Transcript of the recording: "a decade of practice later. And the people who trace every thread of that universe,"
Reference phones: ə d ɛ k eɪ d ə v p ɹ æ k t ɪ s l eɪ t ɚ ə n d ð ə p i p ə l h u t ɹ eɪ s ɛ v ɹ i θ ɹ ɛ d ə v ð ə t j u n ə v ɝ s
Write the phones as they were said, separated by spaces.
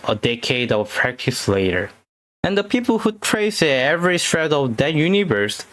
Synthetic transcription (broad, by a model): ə d ɛ k eɪ d ə v p ɹ æ k t ɪ s l eɪ t ɚ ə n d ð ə p i p l h u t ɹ eɪ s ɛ v ɹ i t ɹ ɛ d ə v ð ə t j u n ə v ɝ s